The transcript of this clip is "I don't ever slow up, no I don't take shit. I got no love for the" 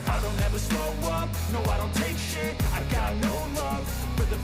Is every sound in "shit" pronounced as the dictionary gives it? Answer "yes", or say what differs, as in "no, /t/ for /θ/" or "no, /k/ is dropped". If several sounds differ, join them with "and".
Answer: no, /t/ is dropped